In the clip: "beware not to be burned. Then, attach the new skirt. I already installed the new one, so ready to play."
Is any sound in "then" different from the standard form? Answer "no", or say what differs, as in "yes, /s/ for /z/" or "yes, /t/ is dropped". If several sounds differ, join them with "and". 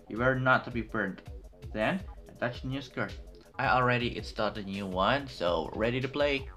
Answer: no